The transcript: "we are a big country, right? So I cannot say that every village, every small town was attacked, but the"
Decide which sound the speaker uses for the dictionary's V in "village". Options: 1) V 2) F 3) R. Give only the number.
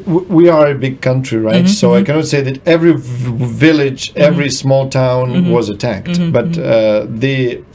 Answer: 1